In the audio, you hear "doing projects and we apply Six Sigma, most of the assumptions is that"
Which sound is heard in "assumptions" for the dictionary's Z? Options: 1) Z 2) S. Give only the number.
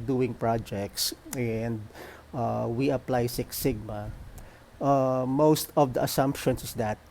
2